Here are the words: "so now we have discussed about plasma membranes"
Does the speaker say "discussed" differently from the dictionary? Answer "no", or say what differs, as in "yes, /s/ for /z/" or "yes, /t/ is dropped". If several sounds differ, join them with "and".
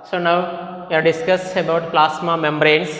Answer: yes, /t/ is dropped